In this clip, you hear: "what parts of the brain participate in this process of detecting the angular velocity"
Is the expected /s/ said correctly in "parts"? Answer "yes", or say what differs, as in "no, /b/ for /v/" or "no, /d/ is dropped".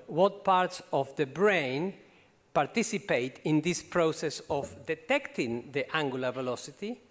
yes